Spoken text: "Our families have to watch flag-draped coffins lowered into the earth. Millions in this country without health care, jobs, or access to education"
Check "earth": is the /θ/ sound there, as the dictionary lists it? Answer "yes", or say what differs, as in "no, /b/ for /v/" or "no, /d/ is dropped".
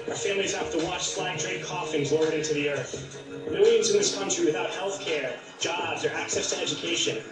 yes